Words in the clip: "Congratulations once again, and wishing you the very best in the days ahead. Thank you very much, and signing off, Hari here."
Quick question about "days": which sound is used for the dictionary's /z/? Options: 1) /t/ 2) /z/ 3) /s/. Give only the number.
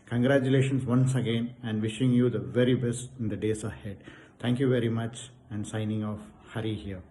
3